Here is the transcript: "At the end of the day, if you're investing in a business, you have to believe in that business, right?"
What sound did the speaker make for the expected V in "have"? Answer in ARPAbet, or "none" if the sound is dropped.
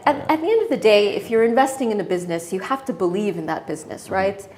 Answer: F